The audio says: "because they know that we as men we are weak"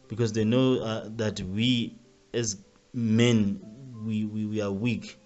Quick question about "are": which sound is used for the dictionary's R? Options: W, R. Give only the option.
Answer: W